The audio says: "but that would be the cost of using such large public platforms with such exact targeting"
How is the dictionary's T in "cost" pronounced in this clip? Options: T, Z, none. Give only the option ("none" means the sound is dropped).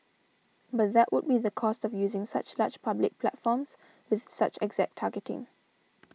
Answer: T